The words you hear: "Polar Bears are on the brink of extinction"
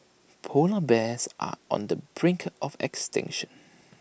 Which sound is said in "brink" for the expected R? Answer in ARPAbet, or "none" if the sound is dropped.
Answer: R